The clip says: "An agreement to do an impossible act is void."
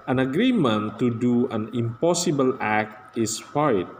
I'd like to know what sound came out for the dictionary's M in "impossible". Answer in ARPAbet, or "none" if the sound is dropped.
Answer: M